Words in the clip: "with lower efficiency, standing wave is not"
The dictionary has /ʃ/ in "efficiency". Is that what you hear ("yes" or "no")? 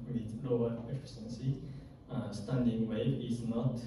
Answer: no